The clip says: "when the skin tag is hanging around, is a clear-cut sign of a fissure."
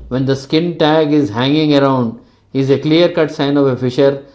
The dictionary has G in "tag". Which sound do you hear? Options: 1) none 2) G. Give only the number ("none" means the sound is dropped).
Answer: 2